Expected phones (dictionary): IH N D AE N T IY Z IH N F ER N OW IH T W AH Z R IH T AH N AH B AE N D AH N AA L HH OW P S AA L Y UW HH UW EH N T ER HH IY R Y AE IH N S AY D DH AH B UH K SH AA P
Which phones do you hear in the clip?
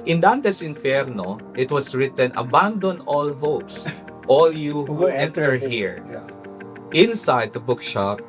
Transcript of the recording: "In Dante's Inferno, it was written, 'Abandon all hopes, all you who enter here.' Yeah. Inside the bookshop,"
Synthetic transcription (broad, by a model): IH N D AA N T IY S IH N F ER N OW IH T W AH S R IH T AH N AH B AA N D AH N AA L HH OW P S AA L Y UW HH UW EH N T ER HH IY R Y IH N S AY D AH B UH K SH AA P